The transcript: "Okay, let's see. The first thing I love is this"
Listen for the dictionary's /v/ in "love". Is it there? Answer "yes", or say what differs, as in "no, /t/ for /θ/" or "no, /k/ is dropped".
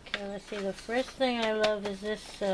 yes